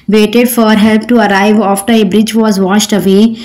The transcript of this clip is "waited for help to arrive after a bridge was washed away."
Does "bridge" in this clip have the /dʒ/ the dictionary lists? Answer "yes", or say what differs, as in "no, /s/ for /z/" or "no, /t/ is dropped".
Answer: yes